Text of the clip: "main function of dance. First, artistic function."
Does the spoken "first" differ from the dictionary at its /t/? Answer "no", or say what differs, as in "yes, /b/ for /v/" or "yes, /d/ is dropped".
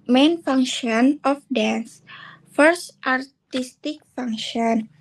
no